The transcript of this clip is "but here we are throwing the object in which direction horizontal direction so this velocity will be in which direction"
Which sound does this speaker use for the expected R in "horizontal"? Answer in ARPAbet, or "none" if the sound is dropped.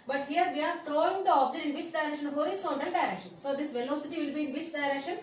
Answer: none